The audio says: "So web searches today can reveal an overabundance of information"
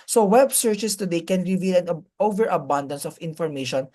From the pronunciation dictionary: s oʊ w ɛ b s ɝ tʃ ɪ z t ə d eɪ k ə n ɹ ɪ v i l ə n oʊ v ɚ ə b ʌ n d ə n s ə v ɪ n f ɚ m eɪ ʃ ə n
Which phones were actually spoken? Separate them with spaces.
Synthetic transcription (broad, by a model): s oʊ w ɛ b s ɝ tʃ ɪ s t ə d eɪ k ə n ɹ ɪ v i l ə n oʊ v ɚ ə b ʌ n d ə n s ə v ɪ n f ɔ m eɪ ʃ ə n